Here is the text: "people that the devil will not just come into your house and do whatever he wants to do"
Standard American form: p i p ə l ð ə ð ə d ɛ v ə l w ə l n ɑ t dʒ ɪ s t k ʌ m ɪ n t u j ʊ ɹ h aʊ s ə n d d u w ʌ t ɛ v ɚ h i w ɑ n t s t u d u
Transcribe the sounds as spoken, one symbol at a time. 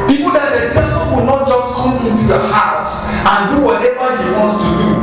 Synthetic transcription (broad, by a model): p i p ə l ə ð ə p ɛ p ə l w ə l n ɑ t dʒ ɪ s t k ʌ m ɪ n t u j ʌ h aʊ s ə n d d u w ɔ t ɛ v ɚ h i w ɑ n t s t u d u